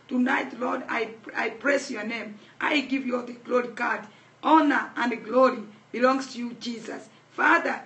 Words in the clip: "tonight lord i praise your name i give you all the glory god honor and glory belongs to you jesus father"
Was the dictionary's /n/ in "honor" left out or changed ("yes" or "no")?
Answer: no